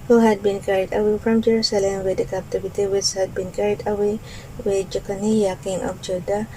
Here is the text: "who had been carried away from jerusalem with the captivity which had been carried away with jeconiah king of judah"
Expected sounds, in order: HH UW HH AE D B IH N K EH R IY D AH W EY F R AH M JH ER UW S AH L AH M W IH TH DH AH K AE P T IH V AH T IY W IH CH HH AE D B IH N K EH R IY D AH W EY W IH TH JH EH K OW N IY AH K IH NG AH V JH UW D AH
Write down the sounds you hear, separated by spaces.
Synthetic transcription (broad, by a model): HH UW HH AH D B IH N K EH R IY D AH W EY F R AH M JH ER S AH L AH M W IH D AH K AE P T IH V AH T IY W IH S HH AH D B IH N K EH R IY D AH W EY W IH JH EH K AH N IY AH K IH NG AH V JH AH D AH